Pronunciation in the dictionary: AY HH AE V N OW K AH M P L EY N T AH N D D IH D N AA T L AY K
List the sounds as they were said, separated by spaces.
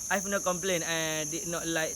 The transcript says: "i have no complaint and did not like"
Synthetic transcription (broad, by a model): AY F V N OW K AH M P L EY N AH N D D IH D N AA T L AY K